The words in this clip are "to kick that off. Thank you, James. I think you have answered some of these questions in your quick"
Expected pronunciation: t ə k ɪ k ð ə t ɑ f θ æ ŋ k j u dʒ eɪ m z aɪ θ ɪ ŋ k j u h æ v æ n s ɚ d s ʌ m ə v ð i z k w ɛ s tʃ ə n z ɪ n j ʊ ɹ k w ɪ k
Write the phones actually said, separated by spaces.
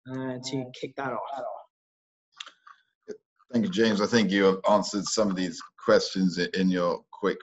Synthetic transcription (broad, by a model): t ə k ɪ k ð ə t ɑ f θ æ ŋ k j u dʒ eɪ m z aɪ θ ɪ ŋ k j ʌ v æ n s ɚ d s ʌ m ə v ð i z k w ɛ s tʃ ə n z ɪ n j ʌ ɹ k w ɪ k